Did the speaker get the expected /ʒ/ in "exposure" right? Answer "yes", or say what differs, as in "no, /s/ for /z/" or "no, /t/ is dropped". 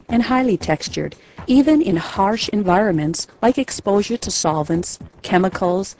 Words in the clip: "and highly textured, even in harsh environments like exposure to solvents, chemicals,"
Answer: yes